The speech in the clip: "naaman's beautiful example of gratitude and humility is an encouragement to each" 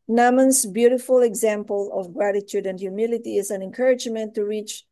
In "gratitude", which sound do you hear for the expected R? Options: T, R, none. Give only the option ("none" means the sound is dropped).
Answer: R